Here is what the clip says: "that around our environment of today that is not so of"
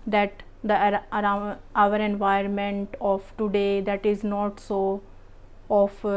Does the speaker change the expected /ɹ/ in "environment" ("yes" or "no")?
yes